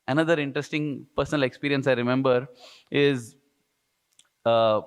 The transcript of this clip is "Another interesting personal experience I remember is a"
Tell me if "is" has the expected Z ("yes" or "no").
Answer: yes